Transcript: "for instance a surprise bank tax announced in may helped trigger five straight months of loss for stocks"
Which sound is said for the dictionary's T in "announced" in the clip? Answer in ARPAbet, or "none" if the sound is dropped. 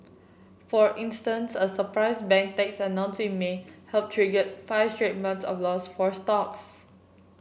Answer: none